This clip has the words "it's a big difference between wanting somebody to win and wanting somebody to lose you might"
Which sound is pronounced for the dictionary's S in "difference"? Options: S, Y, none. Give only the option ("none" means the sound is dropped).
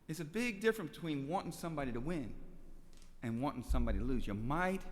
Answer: none